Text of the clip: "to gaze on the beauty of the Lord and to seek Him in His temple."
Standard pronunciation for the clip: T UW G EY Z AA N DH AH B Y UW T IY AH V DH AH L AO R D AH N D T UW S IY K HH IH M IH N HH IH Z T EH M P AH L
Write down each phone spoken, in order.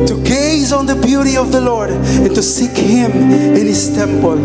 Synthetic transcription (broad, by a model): T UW G EY Z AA N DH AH B Y UW T IY AH V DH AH L AO R D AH N T UW S IY K HH IH M IH N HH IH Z T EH M P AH L